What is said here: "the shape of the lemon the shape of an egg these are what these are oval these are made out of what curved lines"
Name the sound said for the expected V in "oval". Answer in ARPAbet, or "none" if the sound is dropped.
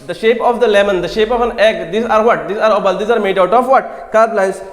B